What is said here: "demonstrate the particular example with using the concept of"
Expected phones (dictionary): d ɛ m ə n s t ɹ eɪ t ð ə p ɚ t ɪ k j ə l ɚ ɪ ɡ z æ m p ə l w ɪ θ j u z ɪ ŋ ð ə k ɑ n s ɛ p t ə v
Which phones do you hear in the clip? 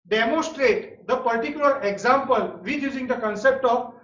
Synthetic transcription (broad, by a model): d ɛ m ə n s t ɹ eɪ t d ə p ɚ t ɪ k j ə l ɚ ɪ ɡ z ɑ m p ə l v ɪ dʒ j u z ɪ ŋ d ə k ɑ n s ɛ p t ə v